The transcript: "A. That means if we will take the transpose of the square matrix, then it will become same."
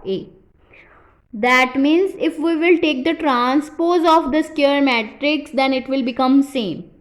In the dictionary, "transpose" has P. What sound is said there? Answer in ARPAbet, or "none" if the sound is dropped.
P